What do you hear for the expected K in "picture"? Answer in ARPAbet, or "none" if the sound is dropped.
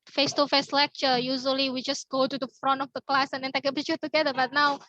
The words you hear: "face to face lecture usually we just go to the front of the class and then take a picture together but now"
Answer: none